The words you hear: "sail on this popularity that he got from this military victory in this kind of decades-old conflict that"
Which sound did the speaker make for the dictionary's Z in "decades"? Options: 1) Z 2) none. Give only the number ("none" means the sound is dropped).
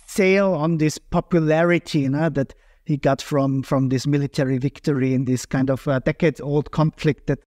2